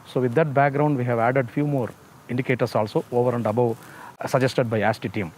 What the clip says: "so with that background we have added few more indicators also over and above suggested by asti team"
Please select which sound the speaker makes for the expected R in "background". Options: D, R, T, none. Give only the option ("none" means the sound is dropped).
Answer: R